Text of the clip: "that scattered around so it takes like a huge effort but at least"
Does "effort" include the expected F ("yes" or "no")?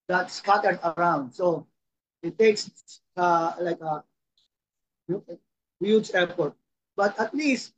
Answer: no